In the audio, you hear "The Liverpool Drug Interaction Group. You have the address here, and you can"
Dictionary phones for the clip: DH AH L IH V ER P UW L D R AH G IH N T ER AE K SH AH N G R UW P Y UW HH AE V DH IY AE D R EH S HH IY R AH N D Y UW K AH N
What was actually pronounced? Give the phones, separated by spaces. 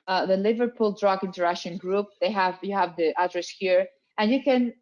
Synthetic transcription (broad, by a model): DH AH L IH V ER P UW L D R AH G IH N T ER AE SH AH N G R UW P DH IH HH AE V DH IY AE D R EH S HH IY R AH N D Y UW K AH N